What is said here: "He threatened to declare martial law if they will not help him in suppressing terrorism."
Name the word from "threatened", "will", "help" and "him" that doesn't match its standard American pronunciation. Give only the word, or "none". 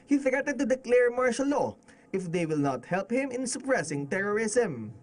threatened